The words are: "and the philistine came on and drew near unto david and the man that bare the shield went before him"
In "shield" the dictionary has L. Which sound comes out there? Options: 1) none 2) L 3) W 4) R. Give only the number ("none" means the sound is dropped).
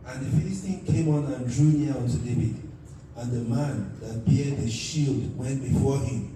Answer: 2